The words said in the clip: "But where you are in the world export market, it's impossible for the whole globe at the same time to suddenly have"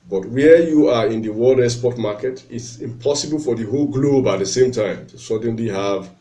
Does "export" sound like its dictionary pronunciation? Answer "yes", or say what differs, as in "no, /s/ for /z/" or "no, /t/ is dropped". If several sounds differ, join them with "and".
no, /k/ is dropped